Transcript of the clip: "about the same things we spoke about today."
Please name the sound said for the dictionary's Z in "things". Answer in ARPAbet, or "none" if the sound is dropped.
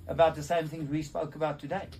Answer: Z